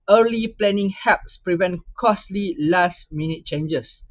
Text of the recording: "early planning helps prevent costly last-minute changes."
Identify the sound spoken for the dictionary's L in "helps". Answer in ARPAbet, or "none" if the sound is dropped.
none